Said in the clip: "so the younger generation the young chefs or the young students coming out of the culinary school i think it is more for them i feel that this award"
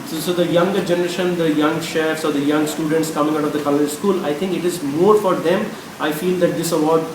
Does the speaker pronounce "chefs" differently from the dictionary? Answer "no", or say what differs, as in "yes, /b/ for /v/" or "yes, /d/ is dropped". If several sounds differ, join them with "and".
no